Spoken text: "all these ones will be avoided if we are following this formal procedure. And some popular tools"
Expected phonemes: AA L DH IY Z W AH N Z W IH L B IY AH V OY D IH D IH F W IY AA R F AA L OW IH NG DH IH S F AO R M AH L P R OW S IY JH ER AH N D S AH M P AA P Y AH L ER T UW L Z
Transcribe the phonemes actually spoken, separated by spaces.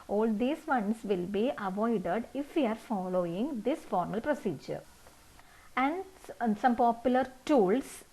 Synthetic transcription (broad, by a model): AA L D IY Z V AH N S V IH L B IY AH V OY D IH D IH F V IY AA R F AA L OW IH NG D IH S F AO R M AH L P R OW S IY JH ER AH N D S AH M P AA P Y AH L ER T UW L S